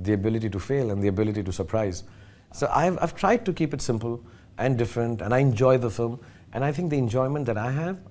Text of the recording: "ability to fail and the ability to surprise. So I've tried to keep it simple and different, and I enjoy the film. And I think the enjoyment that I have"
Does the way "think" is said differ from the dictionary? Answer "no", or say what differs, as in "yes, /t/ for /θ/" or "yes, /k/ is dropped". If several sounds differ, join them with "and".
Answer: yes, /t/ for /θ/